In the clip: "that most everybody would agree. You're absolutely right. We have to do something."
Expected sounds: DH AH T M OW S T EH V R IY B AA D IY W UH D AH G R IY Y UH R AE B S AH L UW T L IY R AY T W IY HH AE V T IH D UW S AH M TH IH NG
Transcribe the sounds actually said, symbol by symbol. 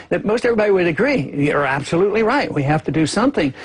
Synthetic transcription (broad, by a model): DH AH T M OW S T EH V R IY B AA D IY W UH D AH G R IY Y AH R AE B S AH L UW T L IY R AY T W IY HH AE F T IH D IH S AH M TH IH NG